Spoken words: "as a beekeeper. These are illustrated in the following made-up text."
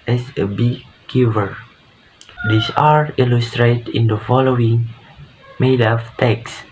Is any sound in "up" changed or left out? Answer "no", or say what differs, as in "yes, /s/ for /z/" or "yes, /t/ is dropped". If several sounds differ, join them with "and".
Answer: yes, /f/ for /p/